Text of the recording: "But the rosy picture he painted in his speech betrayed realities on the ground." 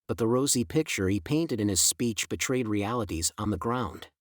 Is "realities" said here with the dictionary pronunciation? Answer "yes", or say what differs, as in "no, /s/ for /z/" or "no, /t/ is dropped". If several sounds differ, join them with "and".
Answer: yes